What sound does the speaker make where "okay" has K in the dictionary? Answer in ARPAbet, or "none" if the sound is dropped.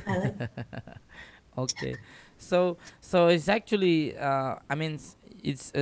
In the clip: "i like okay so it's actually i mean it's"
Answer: none